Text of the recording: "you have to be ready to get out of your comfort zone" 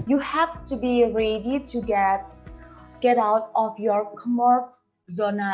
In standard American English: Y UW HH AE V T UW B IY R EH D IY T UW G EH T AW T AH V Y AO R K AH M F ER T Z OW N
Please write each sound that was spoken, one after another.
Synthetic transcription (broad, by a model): Y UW HH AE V T UW B IY R EH D IY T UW G EH T AW T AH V Y AO R K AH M ER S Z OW N